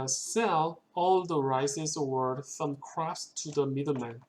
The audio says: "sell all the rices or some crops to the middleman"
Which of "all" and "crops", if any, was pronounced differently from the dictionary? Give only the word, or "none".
crops